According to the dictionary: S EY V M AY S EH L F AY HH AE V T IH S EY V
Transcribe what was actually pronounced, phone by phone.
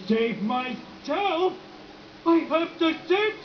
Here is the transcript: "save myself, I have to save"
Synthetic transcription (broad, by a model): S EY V M AY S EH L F AY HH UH P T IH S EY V